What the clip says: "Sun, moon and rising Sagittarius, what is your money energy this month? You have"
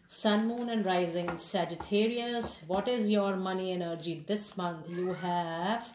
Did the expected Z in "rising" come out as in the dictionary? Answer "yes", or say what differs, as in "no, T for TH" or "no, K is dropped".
yes